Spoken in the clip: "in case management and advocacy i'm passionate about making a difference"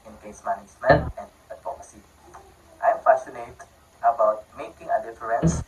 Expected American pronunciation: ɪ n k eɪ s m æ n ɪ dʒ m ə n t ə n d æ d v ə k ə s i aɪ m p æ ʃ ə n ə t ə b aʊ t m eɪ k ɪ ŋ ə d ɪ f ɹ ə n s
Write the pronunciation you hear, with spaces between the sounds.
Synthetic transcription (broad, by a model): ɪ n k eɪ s m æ n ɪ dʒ m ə n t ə n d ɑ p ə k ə s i aɪ m f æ s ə n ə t ə b aʊ t m eɪ k ɪ ŋ ə d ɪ f ɹ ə n s